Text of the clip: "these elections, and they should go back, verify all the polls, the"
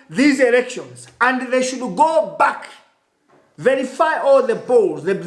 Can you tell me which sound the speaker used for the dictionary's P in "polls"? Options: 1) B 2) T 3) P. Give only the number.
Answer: 1